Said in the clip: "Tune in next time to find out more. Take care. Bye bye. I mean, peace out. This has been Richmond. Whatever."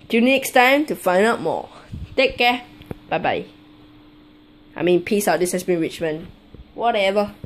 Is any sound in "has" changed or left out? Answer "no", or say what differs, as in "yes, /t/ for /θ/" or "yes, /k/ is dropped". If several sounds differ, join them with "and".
yes, /s/ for /z/